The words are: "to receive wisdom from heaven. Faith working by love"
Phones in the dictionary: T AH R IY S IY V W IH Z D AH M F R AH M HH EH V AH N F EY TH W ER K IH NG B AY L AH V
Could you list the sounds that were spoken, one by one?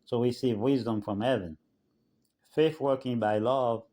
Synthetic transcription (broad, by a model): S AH W IY S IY V W IH Z D AH M F R AH M HH EH V AH N F EY TH W ER K IH NG B AY L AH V